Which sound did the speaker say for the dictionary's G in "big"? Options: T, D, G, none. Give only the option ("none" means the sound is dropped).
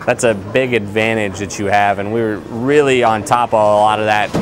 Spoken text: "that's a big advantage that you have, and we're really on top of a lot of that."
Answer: G